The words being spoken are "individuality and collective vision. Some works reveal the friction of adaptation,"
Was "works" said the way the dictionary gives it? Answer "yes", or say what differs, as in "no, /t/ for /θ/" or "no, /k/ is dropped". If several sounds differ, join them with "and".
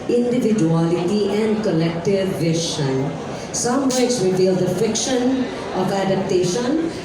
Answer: no, /k/ is dropped